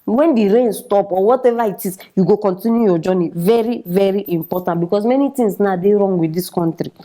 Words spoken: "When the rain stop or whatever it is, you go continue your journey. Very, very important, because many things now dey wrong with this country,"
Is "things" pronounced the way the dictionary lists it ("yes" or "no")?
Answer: no